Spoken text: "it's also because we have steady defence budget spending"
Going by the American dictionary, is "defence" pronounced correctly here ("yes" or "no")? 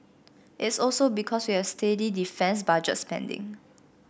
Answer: yes